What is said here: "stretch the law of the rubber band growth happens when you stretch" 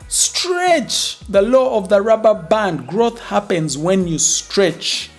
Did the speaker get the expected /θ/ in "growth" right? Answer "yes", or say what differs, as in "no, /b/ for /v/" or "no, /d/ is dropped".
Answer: yes